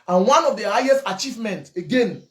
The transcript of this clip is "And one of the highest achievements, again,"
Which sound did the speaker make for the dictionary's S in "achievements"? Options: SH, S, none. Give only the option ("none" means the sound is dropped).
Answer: none